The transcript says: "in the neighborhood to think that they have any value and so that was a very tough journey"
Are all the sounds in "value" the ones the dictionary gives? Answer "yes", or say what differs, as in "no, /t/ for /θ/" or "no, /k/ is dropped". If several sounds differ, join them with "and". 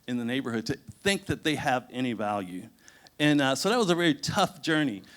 yes